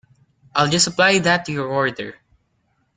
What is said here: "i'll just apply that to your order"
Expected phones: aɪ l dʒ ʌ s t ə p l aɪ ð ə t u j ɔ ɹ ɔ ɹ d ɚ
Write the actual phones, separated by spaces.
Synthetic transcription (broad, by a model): aɪ l dʒ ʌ s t ə p l aɪ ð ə t u j ɔ ɹ ɔ ɹ d ɚ